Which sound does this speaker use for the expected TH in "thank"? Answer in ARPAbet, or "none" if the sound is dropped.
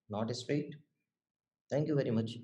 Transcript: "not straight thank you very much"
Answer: T